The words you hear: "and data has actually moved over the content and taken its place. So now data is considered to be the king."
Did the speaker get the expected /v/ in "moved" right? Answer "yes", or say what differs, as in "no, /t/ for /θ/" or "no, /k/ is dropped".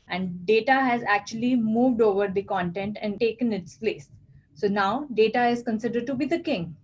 yes